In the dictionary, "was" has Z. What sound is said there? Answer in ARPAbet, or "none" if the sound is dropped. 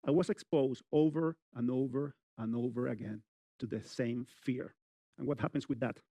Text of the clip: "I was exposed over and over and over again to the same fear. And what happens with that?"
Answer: S